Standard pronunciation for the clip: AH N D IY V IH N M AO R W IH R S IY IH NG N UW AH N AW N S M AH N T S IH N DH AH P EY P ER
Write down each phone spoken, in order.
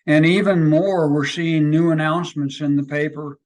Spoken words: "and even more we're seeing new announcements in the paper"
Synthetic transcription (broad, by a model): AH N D IY V IH N M AO R W IH R S IY IH NG N UW AH N AW N S M AH N T S IH N DH AH P EY P ER